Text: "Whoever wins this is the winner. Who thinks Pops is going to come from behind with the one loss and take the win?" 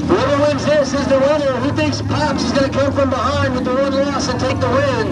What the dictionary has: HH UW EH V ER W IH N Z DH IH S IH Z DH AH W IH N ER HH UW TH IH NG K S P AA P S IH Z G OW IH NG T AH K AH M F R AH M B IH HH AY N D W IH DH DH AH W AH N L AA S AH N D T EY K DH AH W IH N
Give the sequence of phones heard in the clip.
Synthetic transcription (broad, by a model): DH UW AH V ER W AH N Z DH IH S IH Z DH AH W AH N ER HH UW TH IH K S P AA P S IH Z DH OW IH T K AH M F R AH M B IH HH AY N D W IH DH DH AH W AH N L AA S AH N T EY K DH AH W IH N